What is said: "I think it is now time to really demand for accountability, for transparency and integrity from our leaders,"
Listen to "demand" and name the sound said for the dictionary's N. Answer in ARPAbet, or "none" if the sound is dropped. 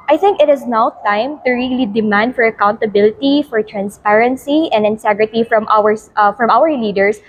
N